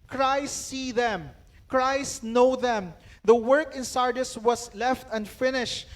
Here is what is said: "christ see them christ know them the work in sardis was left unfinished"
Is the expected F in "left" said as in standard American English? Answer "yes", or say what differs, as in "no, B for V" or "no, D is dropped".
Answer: yes